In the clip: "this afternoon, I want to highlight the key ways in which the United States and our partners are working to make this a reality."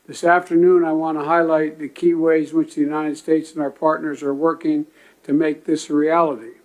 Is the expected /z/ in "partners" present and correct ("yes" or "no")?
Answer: yes